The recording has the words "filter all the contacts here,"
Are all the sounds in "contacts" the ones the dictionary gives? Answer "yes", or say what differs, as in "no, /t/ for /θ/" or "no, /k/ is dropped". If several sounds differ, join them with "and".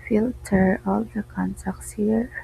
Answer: no, /s/ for /t/